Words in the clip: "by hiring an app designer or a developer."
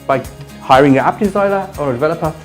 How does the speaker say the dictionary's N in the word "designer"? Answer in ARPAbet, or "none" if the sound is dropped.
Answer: L